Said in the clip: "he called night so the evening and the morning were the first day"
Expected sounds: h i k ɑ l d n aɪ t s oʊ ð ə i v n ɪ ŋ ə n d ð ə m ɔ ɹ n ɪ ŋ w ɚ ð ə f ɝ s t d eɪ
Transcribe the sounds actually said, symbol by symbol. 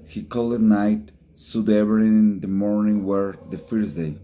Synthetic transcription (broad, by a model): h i k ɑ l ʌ n aɪ t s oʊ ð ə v ɪ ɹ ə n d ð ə m ɔ ɹ n ɪ ŋ w ɚ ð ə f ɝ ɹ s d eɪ